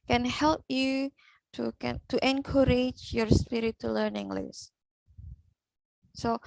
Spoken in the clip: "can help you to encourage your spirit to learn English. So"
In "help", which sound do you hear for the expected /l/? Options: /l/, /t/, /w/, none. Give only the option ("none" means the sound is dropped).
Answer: /l/